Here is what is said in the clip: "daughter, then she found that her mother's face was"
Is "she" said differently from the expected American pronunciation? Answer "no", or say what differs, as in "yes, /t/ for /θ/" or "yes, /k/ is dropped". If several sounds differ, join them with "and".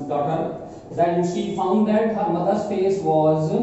no